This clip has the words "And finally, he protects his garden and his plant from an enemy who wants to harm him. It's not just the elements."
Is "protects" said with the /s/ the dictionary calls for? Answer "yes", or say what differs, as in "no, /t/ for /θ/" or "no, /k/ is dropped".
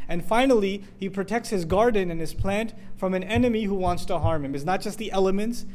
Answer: yes